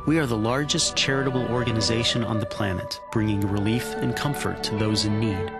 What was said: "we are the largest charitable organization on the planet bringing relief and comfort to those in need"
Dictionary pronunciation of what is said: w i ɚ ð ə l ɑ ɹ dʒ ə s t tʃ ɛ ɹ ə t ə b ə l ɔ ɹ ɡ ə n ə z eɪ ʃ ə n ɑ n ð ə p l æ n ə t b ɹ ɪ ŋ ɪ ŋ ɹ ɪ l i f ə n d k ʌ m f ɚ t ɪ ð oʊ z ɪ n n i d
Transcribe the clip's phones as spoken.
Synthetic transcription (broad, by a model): w i ɚ ð ə l ɑ ɹ dʒ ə s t tʃ ɛ ɹ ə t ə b l ɔ ɹ ɡ ə n ə z eɪ ʃ ə n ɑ n ð ə p l æ n ə t b ɹ ɪ ŋ ɪ ŋ ɹ ɪ l i f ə n k ʌ m f ɚ t ɪ ð oʊ z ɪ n n i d